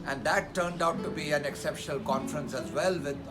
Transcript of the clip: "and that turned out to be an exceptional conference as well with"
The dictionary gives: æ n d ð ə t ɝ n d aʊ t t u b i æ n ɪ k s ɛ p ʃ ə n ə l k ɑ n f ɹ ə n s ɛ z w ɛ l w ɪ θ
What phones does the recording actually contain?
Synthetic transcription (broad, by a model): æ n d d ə t ɝ n d aʊ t t u b i æ n ɪ k s ɛ p ʃ ə n ə l k ɑ n f ɹ ə n s ɛ z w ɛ l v ɪ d